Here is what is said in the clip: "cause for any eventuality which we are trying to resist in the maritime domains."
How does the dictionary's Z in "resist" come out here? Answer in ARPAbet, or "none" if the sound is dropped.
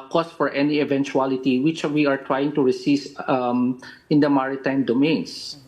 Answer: S